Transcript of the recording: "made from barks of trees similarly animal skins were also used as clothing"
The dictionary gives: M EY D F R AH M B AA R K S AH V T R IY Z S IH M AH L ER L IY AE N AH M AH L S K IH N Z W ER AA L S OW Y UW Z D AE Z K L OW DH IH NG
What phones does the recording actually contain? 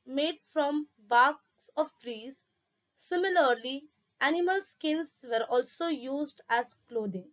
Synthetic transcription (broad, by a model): M EY D F R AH M B AA R K S AH V T R IY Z S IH M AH L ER L IY AE N AH M AH L S K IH N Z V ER AA L S OW Y UW Z D AE Z K L OW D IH NG